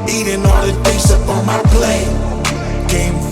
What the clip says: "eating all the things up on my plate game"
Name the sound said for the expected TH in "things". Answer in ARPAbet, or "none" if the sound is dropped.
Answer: T